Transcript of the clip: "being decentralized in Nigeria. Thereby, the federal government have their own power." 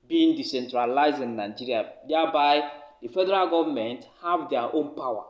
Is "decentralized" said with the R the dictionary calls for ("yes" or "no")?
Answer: yes